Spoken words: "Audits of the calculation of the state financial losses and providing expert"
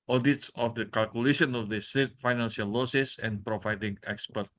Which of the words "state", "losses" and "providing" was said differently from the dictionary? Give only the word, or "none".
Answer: losses